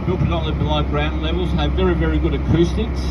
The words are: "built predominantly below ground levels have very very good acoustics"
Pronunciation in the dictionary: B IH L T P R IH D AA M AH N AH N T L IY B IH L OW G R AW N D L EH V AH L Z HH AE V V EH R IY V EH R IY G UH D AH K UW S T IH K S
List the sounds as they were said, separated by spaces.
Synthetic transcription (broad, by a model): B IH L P IH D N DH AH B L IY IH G R AW N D L EH V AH L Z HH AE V V EH R IY V EH R IY G UH D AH K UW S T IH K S